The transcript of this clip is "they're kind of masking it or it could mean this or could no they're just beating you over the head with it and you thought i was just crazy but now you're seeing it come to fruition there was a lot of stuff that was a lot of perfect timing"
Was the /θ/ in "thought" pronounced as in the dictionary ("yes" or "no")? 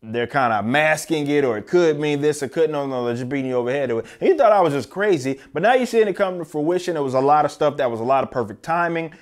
yes